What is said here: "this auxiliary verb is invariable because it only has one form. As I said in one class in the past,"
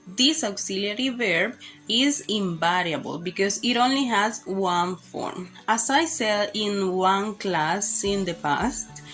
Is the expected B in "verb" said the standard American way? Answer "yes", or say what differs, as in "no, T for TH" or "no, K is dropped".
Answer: yes